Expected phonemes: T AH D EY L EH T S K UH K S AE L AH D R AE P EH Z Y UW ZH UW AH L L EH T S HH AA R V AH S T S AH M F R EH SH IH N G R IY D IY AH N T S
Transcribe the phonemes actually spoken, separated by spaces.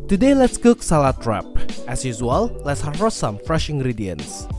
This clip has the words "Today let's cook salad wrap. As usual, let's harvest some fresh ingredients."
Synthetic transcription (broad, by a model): T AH D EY L EH T S K UH K S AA L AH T R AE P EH S Y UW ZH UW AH L L EH T S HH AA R AH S S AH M F R EH SH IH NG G R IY D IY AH N S